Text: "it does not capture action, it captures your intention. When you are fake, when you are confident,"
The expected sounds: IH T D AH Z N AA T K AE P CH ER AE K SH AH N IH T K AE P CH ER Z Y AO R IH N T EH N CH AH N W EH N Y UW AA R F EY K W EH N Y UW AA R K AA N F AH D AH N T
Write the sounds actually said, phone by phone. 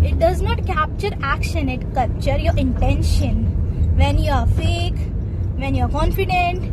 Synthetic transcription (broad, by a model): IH T D AH Z N AA T K AE P CH ER AE K SH AH N IH T K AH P CH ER Y AO R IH N T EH N SH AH N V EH N Y UW AA R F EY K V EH N Y UW AA R K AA N F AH D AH N T